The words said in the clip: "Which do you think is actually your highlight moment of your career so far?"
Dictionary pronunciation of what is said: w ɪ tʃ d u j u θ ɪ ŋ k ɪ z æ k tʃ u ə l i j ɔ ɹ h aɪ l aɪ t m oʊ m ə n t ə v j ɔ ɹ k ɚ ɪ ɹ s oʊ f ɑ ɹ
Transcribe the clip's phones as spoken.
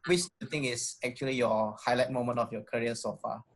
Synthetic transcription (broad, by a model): w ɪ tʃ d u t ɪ ŋ ɪ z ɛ k tʃ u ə l i j ɔ h aɪ l aɪ t m oʊ m ə n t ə f j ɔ k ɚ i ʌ s oʊ f ɑ